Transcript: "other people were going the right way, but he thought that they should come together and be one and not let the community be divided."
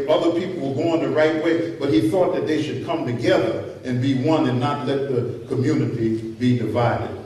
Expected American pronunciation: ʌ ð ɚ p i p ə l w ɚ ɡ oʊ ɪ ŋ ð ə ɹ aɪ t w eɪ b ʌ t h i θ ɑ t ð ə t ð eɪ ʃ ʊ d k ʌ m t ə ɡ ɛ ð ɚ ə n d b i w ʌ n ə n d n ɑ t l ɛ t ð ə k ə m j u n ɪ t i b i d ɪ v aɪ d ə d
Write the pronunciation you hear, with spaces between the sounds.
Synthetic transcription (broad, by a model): ʌ ð ɚ p i p l w ɚ ɡ oʊ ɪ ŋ ð ə ɹ aɪ t w eɪ b ʌ t h i θ ɑ t ð ə t ð eɪ ʃ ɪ d k ʌ m t ə ɡ ɛ ð ɚ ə n b i w ʌ n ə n n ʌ t l ɛ t ð ə k ə m j u n ɪ t i b i d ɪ v aɪ d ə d